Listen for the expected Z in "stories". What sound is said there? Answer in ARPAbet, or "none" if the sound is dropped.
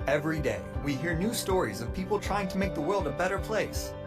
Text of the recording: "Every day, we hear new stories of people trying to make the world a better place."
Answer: Z